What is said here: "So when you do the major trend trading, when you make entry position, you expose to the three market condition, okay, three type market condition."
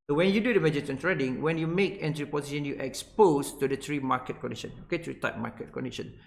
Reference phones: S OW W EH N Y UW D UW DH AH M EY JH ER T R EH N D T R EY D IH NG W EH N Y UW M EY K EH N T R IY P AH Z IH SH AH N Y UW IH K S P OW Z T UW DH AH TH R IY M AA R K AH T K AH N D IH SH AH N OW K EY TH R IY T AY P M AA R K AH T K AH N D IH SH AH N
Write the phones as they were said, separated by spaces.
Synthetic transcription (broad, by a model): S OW W EH N Y UW D UW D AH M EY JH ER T EH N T R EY D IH NG W EH N Y UW M EY K EH N T R IY P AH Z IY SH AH N Y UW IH K S P OW S T UW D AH T R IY M AA K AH T K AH N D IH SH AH N OW K EY T R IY T AY P M AA K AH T K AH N D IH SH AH N